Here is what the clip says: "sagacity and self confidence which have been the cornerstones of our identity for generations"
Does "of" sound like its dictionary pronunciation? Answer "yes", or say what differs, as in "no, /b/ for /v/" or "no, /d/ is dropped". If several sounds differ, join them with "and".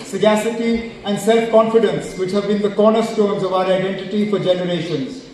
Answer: yes